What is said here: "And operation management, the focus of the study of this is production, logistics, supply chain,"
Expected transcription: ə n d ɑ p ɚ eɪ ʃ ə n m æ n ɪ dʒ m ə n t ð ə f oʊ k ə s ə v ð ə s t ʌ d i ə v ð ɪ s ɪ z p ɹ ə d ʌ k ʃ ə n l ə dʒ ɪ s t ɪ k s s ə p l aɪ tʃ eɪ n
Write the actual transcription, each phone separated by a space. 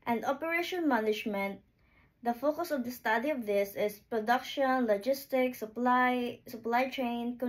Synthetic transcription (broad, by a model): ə n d ɑ p ɚ eɪ ʃ ə n m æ n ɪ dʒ m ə n t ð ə f oʊ k ə s ə v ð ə s t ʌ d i ə v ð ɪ s ɪ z p ɹ ə d ʌ k ʃ ə n l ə dʒ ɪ s t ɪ k s s ə p l aɪ tʃ eɪ n